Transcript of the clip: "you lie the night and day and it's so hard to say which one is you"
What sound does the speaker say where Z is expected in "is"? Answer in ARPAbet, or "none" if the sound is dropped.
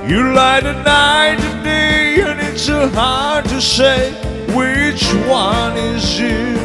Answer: Z